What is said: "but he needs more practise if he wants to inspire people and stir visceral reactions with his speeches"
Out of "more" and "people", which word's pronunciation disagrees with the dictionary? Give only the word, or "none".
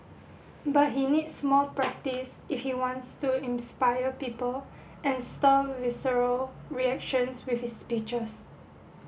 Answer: more